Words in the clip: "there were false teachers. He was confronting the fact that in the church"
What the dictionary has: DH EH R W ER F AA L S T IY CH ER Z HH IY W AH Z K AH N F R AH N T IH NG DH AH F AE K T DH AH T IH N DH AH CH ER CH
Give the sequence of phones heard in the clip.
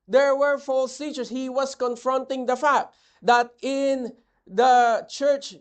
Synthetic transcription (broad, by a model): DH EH R W ER F AA L S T IY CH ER S HH IY W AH S K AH N F R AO N T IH NG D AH F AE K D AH T IH N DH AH CH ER CH